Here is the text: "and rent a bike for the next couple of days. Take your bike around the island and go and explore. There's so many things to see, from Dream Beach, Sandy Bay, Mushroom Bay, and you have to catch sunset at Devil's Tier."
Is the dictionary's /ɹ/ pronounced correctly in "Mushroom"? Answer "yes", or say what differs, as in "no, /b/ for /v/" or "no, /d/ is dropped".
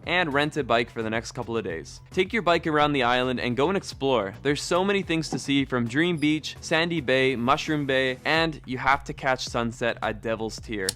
yes